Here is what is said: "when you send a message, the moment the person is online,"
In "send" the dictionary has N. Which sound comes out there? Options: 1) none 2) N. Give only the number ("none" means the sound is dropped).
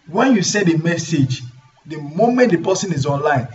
1